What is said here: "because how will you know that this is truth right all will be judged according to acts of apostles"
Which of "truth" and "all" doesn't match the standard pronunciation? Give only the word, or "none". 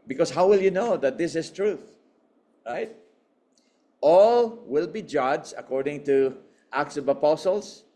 none